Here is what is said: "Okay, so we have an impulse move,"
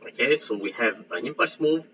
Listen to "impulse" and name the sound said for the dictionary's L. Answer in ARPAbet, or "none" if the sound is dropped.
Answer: none